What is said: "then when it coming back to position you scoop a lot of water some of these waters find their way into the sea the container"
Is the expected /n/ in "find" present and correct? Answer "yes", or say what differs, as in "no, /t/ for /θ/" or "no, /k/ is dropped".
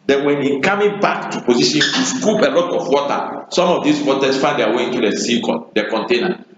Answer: no, /n/ is dropped